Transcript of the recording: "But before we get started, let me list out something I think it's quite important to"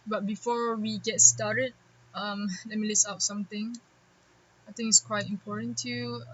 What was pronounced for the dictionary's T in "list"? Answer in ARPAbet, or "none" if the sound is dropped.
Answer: none